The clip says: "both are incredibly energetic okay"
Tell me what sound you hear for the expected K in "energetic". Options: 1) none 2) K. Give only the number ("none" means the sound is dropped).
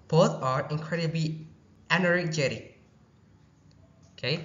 1